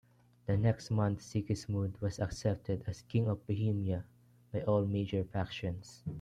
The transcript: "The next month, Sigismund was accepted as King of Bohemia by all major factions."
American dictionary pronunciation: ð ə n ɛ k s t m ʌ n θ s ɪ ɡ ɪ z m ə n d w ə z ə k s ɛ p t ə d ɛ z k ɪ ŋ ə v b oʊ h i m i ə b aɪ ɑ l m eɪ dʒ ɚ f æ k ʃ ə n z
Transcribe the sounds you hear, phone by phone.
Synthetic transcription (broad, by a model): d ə n ɛ k s t m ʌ n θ s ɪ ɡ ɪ s m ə d w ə s ə k s ɛ p t ə d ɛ s k ɪ ŋ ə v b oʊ h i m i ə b aɪ ɑ l m eɪ dʒ ɚ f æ k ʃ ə n s